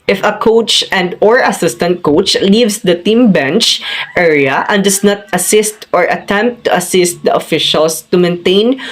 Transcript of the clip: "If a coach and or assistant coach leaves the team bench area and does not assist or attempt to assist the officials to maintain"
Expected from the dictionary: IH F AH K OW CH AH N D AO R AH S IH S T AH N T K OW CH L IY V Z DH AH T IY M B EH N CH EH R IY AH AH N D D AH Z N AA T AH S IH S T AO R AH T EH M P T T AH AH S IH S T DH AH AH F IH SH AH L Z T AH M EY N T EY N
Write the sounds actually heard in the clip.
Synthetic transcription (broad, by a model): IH F AH K OW CH AH N D AO R AH S IH S T AH N T K OW CH L IY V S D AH T IY M B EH N CH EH R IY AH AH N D D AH S N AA T AH S IH S T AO R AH T EH M P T T AH AH S IH S T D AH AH F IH SH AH L S T AH M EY N T EY N